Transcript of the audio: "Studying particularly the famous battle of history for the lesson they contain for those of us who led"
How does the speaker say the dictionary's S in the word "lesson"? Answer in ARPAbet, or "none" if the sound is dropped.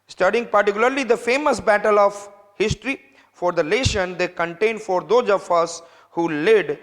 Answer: SH